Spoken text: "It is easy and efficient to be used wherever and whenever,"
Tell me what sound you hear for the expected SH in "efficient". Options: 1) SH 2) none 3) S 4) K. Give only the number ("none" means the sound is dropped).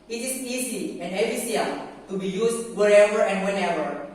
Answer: 3